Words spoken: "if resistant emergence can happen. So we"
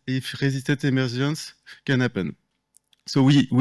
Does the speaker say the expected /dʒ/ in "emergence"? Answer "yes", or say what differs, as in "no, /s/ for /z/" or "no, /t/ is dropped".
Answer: no, /ʒ/ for /dʒ/